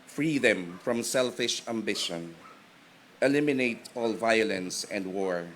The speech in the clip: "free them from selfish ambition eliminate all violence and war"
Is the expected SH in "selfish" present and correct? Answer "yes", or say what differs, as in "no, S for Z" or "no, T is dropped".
yes